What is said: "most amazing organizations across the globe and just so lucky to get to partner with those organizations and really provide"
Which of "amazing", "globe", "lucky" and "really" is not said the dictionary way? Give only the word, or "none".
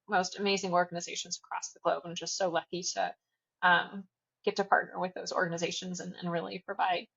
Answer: none